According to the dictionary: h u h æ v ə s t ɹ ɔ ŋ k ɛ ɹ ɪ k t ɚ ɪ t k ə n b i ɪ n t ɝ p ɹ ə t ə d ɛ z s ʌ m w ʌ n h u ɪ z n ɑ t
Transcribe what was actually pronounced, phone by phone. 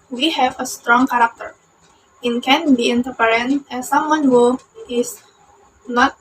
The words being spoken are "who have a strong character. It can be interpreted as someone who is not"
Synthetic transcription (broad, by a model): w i h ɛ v ə s t ɹ ɔ ŋ k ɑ ɹ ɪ k t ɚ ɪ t k ə n b i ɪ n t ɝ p ə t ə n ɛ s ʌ m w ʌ n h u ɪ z n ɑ t